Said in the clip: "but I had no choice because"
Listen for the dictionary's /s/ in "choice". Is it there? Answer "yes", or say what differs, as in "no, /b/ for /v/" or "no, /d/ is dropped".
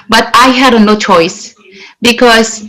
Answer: yes